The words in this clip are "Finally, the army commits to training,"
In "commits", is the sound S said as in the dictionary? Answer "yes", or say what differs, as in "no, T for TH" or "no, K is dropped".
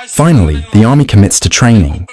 yes